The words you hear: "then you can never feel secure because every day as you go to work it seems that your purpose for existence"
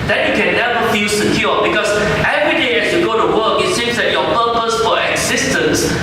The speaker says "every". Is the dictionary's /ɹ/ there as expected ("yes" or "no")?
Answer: yes